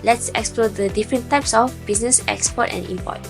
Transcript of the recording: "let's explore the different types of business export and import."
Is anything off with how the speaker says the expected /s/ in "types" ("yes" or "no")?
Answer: no